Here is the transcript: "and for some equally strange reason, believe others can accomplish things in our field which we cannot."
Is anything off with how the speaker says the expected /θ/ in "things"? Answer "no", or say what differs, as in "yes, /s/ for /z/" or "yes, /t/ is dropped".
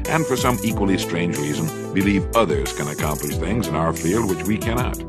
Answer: no